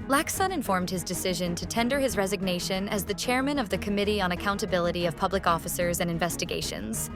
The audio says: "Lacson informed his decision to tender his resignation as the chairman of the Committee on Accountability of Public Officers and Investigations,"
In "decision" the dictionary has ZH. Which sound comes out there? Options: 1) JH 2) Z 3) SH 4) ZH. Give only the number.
4